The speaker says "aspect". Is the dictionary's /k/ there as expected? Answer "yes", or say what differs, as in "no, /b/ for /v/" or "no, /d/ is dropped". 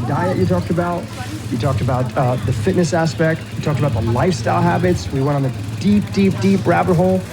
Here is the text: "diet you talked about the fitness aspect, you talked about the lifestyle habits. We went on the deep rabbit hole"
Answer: yes